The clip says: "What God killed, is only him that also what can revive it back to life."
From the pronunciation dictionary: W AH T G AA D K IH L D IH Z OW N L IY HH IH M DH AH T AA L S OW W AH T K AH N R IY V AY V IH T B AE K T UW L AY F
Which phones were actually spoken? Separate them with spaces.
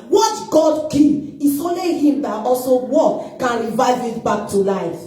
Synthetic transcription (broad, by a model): W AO T G AA D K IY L IH S OW N L IY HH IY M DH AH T AA L S OW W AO K AH N R IY V AY V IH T B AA K T UW L AY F